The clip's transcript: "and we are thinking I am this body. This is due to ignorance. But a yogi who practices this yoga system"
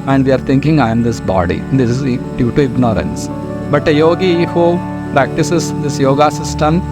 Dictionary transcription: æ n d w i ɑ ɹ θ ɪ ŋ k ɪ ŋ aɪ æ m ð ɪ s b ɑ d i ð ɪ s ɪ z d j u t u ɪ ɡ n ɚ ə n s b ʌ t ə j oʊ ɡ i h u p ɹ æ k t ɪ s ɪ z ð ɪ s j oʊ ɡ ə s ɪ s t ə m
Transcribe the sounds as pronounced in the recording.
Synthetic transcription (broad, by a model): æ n d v i ɑ ɹ t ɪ ŋ k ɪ ŋ aɪ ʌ m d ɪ s b ɑ d i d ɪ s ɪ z d j u t u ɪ ɡ n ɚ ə n s b ʌ t ə j oʊ ɡ i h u p ɹ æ k t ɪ s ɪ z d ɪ s j oʊ ɡ ə s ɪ s t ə m